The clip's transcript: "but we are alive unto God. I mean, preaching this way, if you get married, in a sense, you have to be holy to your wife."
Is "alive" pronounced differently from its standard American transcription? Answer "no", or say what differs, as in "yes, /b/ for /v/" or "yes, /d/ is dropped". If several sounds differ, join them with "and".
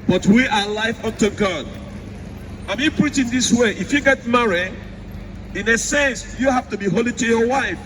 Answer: yes, /f/ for /v/